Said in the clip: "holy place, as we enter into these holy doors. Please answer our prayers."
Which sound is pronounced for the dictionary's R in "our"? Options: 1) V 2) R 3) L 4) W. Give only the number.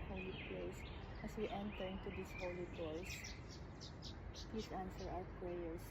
4